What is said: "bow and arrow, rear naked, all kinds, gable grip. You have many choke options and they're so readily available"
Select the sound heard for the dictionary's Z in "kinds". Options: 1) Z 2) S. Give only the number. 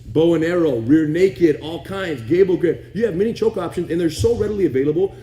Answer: 1